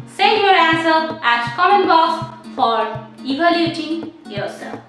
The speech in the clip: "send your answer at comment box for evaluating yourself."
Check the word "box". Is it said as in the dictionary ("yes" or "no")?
no